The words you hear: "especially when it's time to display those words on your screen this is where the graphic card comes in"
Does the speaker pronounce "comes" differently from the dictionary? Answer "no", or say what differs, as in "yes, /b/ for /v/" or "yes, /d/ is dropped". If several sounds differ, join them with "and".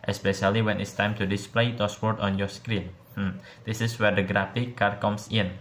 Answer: yes, /s/ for /z/